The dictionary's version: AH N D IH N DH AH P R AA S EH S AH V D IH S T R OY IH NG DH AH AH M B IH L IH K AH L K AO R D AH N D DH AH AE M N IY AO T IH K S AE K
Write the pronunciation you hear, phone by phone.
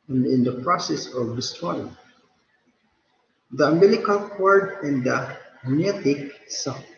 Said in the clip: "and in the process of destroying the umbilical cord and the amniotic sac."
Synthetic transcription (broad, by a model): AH N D IH N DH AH P R AA S EH S AH V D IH S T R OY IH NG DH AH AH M IH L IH K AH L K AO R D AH N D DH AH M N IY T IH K S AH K